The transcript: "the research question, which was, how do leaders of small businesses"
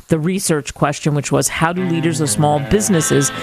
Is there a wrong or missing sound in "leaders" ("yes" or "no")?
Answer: no